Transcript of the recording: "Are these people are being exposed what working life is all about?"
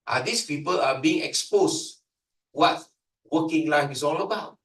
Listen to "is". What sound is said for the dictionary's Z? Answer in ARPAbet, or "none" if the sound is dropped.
S